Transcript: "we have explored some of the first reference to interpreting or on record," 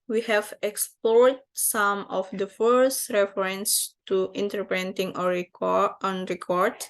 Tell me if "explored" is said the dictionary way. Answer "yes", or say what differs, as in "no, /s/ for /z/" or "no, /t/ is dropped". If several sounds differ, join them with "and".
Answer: yes